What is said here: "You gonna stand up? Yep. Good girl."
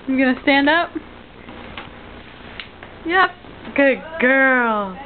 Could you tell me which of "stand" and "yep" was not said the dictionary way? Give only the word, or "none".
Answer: none